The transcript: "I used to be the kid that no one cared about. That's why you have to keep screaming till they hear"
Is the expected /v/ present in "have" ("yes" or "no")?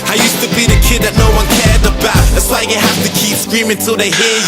no